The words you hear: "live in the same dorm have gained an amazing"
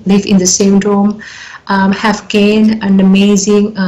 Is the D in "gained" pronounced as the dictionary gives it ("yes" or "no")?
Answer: no